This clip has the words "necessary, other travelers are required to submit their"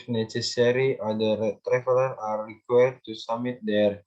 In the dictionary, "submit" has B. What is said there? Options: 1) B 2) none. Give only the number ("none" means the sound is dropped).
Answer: 2